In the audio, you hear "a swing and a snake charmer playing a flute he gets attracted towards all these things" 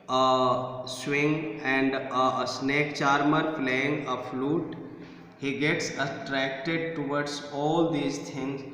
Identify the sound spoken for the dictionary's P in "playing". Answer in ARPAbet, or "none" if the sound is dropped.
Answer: F